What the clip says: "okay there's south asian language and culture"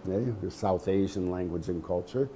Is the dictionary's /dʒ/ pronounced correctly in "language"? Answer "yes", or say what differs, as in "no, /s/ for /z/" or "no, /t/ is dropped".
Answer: yes